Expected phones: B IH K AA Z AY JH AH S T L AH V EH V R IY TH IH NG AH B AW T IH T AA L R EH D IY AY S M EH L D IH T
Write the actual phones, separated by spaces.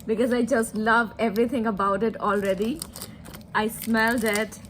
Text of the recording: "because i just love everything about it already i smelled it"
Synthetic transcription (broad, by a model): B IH K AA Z AY JH AH S T L AH V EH V R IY T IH NG AH B AW T IH T AA L R EH D IY AY S M EH L D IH T